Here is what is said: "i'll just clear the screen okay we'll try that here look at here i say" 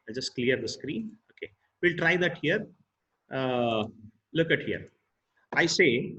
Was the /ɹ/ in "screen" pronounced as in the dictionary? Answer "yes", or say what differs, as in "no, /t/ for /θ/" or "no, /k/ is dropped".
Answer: yes